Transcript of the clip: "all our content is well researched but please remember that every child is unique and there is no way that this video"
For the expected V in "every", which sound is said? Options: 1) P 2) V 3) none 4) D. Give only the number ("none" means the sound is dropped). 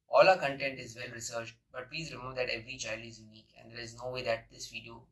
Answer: 2